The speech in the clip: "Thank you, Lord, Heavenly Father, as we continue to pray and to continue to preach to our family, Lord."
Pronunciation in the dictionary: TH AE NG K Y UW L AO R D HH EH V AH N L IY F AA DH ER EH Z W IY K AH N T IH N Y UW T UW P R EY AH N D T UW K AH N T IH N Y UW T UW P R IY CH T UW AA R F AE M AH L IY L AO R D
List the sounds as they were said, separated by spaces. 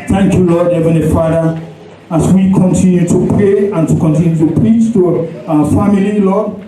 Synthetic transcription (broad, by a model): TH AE NG K Y UW L AO D HH EH V AH N L IY F AA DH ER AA S W IY K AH N T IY N Y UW T UW P R EY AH N T UW K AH N T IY N Y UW T UW P R IY CH T UW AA F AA M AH L IY L AO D